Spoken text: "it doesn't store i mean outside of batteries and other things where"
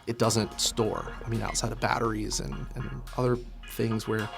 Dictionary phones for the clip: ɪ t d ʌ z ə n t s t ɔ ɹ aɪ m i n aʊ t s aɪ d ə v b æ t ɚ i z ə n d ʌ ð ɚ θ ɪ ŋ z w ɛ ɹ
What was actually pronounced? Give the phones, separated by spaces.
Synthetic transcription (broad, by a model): ɪ t d ʌ z ə n t s t ɔ ɹ aɪ m i n aʊ t s aɪ d ə v b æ t ɚ i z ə n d ʌ ð ɚ θ ɪ ŋ z w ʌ ɹ